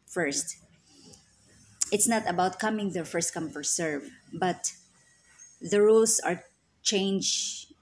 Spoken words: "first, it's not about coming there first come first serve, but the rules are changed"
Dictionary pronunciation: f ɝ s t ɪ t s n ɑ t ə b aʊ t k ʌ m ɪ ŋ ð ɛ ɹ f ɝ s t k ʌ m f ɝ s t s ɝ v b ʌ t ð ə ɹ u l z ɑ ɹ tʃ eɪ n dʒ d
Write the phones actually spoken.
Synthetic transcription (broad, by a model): f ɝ s t ɪ t s n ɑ t ə b aʊ t k ʌ m ɪ ŋ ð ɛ f ɝ s t k ʌ m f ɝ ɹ s ɝ v b ʌ t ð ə ɹ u l s ɑ ɹ tʃ eɪ n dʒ